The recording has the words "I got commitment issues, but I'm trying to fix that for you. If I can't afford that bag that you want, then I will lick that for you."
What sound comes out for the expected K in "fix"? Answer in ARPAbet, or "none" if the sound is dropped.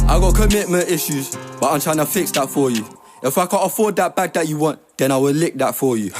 K